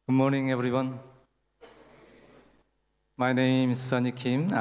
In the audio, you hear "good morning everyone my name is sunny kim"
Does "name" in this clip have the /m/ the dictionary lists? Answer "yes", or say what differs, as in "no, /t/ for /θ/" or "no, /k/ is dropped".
no, /m/ is dropped